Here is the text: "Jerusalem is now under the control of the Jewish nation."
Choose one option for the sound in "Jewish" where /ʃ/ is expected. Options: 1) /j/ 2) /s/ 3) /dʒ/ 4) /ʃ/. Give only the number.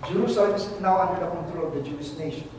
2